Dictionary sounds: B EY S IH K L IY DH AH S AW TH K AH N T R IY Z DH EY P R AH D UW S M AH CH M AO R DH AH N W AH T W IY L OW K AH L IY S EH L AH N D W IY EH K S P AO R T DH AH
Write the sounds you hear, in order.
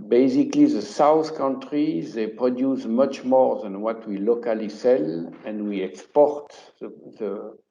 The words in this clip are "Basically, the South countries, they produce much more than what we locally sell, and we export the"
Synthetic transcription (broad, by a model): B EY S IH K L IY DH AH S AW TH K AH N T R IY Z DH EY P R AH D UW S M AH CH M AO R DH AH N W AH T W IY L OW K AH L IY S EH L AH N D W IY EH K S P AO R T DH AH